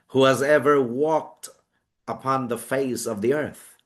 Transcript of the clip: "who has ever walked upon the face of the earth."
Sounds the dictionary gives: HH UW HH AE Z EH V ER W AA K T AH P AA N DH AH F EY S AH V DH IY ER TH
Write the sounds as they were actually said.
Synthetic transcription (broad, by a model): HH UW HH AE Z EH V ER W AA K T AH P AA N DH AH F EY S AH V DH IY ER TH